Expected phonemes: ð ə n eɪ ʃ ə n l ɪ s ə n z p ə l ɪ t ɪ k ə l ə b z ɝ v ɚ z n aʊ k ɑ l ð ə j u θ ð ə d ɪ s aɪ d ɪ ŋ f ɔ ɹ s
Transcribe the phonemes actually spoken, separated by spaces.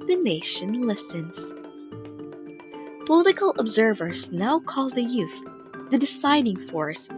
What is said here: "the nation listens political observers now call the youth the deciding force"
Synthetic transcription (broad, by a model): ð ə n eɪ ʃ ə n l ɪ s ə n z p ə l ɪ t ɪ k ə l ə b z ɝ v ɚ z n aʊ k ɑ l ð ə j u θ ð ə d ɪ s aɪ d ɪ ŋ f ɔ ɹ s